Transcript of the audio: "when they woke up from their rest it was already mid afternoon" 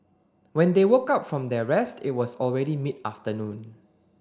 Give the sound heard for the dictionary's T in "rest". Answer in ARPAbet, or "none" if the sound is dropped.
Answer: T